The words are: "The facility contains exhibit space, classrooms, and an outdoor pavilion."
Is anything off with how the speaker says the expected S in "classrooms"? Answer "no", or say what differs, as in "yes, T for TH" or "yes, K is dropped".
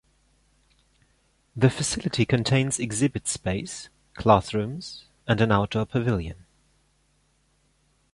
yes, TH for S